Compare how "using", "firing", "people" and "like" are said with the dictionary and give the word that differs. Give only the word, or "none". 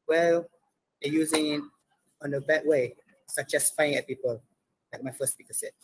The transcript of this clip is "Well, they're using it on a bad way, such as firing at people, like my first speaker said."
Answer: firing